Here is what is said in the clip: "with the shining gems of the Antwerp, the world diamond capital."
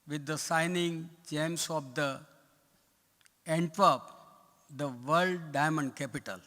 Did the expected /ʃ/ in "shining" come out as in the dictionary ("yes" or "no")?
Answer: no